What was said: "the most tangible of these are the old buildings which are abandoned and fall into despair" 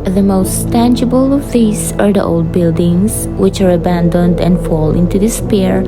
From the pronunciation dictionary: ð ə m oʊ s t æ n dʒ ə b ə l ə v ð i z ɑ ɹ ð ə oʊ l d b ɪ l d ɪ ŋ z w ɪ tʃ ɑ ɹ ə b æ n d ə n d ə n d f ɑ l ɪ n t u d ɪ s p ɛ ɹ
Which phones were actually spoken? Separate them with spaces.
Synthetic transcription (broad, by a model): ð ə m oʊ s t æ n dʒ ə b ə l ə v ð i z ɑ ɹ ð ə oʊ l d b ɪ l d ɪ ŋ s w ɪ tʃ ɑ ɹ ə b æ n d ə n d ə n d f ɑ l ɪ n t u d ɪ s p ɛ ɹ